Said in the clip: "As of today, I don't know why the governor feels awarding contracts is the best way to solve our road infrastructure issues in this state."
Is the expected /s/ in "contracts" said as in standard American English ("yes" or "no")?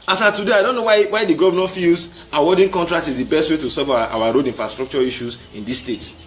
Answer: no